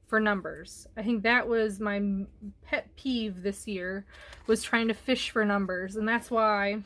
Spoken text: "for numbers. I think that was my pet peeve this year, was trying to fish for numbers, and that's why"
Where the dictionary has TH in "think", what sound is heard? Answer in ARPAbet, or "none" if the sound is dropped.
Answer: TH